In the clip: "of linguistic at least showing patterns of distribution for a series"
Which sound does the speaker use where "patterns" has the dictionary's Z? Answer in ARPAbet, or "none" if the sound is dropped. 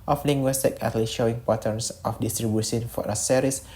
S